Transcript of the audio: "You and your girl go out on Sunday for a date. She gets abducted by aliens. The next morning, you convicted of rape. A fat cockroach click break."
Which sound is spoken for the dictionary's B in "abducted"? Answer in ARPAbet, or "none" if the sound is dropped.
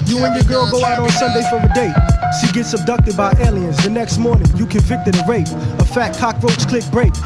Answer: B